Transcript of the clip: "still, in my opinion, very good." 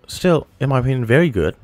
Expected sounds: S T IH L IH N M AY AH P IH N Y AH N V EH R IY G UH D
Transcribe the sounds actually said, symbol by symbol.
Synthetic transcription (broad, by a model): S T IH L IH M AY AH IH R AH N V EH R IY G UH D